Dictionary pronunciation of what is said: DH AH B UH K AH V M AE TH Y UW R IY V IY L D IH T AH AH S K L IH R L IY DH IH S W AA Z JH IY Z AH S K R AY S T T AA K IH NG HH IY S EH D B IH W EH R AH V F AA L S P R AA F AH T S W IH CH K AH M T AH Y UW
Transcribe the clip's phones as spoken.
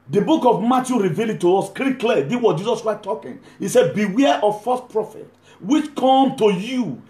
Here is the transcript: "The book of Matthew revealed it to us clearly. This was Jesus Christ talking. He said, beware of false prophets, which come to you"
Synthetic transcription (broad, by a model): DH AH B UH K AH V M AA T Y UW R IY V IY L IH T AH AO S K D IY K L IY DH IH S W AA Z JH IY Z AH S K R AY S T T AA K IH NG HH IY S EH D B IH W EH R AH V F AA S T P R AA F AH T W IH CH K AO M T AH Y UW